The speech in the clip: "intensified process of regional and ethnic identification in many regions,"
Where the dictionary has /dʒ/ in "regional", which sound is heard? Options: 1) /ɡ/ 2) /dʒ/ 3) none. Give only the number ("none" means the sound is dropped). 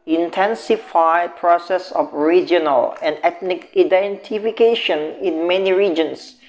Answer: 2